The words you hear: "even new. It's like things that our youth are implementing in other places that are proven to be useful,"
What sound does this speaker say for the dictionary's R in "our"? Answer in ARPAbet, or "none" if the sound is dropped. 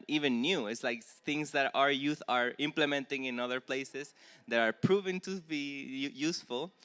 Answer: R